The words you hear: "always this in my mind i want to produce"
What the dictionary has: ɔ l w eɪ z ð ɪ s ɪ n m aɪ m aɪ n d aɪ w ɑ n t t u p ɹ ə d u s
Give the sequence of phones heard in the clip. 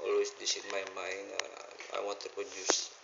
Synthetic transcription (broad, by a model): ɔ l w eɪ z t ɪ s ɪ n m aɪ m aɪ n aɪ w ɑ n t t u p ɹ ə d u s